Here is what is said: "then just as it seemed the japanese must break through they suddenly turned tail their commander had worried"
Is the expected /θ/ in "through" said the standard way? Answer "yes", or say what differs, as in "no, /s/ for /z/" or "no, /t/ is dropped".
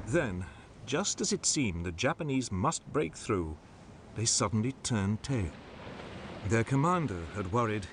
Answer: yes